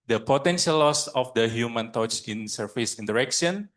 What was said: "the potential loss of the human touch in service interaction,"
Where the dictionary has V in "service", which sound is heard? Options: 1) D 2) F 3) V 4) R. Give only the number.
2